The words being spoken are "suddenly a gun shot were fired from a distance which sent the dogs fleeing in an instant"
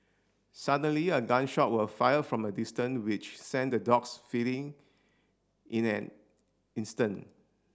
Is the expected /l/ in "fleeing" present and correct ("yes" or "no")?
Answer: no